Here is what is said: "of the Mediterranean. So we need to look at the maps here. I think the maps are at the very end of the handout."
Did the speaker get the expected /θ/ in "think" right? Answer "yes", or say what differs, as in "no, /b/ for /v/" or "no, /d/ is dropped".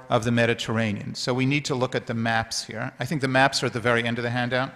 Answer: yes